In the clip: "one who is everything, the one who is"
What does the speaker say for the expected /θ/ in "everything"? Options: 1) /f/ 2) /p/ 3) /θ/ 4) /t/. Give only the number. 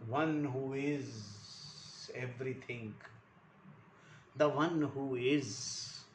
4